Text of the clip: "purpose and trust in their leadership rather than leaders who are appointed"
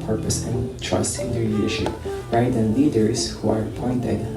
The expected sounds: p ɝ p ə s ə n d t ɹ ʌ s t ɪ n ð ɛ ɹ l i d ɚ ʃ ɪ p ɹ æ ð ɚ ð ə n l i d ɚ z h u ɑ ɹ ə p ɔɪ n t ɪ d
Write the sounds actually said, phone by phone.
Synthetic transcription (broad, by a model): p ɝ p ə s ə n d t ɹ ʌ s t ɪ n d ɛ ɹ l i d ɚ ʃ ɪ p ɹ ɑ ɪ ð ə n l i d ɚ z h u ɑ ɹ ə p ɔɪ n t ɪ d